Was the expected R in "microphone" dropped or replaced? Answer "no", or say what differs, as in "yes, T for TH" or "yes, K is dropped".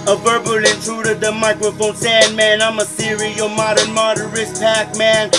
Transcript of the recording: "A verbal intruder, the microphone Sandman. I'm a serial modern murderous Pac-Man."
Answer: no